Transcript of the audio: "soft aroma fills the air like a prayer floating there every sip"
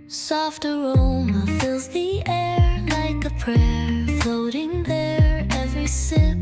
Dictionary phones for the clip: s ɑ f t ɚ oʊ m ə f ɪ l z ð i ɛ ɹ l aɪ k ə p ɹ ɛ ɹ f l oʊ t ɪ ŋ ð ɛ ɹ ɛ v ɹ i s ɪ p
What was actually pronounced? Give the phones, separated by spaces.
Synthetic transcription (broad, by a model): s ɑ f t ɚ oʊ m ə f ɪ l z ð i ɛ ɹ l aɪ k ə p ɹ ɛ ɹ f l oʊ t ɪ ŋ ð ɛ ɹ ɛ v ɹ i s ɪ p